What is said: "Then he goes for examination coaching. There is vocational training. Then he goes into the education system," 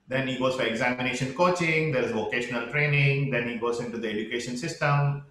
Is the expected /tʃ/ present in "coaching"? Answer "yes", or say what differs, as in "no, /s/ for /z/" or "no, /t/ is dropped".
yes